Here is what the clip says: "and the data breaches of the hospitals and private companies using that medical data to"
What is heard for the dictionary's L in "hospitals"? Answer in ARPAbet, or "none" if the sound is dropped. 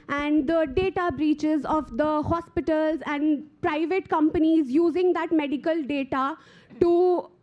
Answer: L